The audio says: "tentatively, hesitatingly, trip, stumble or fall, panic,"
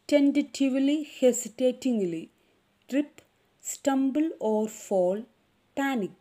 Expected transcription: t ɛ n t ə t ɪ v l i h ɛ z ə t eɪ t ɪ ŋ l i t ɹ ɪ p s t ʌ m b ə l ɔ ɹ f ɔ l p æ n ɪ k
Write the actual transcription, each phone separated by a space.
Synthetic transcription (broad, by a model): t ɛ n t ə t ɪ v l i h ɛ s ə t eɪ t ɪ ŋ l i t ɹ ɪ p s t ʌ m b ə l ɔ ɹ f ɔ l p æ n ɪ k